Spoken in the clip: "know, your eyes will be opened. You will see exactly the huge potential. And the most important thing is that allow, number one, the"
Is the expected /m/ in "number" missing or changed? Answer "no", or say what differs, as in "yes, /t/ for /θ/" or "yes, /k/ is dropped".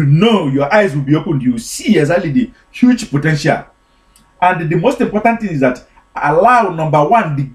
no